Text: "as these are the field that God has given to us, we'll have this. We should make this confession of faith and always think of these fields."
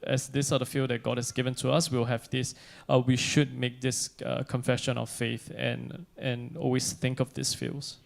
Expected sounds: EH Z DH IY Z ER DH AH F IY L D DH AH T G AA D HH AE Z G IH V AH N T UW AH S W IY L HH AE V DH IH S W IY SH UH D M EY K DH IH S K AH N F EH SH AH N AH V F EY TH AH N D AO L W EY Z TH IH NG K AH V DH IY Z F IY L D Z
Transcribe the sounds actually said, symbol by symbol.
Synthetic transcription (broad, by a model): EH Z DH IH S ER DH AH F IY L D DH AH T G AA D HH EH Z G IH V AH N T UW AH S W IY L HH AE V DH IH S W IY SH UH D M EY K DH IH S K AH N F EH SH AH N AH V F EY TH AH N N AO L W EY S TH IH NG K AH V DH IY S F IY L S